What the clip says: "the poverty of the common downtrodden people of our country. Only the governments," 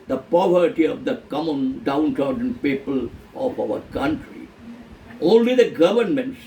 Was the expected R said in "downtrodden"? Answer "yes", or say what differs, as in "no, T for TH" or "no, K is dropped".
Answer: no, R is dropped